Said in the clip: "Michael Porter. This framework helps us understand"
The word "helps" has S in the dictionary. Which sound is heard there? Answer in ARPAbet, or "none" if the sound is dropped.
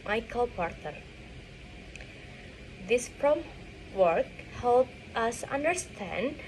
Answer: none